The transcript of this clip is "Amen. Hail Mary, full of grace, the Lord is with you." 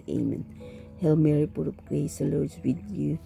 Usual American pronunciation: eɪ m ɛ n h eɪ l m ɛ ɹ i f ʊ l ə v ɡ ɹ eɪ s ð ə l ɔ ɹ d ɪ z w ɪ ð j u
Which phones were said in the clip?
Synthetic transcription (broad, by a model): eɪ m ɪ n h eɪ l m ɛ ɹ i p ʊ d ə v ɡ ɹ eɪ s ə l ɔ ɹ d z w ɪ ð j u